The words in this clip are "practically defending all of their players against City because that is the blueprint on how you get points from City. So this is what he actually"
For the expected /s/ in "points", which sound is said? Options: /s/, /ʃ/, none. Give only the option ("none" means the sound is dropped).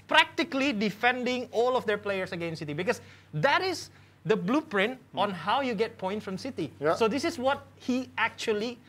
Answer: none